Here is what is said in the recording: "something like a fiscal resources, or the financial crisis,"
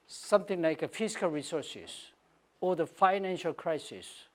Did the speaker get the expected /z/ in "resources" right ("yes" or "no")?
no